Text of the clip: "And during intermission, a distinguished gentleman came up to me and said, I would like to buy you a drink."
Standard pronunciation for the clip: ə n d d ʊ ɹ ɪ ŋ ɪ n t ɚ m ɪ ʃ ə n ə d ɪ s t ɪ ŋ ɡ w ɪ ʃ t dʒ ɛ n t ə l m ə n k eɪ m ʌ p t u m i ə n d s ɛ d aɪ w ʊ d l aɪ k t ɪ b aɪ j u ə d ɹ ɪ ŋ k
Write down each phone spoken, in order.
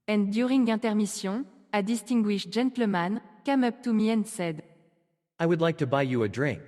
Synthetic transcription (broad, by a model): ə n d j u ɹ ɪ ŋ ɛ t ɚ m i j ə ə d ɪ s t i ŋ ɡ w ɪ ʃ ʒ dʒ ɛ n t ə m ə n k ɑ m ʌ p t u m i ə n s ɛ d aɪ w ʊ d l aɪ k t ɪ b aɪ j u ə d ɹ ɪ ŋ k